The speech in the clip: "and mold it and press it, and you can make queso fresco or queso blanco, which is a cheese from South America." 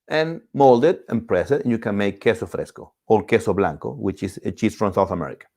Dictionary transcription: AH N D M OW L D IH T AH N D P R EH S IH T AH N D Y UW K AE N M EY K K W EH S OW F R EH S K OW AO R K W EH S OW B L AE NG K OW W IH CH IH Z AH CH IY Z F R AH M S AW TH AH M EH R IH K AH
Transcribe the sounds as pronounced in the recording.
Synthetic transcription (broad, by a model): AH N M OW L D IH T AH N P R EH S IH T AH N Y UW K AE N M EY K K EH S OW F R EH S K OW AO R K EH S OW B L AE NG K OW W IH CH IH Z AH CH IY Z F R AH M S AW TH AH M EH R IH K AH